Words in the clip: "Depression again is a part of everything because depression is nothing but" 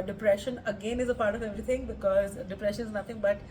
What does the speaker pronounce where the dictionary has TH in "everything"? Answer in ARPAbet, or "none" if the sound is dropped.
T